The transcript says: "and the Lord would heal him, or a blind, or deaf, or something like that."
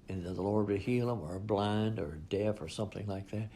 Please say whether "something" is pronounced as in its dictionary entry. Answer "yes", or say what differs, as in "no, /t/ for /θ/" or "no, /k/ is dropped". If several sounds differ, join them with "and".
yes